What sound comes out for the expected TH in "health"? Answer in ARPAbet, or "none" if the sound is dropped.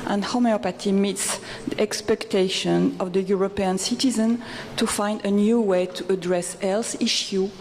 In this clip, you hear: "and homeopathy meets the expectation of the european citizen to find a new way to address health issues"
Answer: S